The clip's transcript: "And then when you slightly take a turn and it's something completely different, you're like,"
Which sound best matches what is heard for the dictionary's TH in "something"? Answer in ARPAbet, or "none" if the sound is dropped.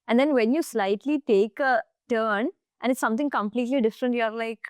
T